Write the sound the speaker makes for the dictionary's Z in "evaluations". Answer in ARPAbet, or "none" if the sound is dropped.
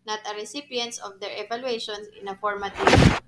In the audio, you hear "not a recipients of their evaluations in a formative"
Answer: none